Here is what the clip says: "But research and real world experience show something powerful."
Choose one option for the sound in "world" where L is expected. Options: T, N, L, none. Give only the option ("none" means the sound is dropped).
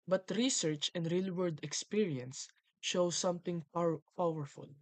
none